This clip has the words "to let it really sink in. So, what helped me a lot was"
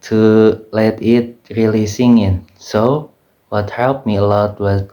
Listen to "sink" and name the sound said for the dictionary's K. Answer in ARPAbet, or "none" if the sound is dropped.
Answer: none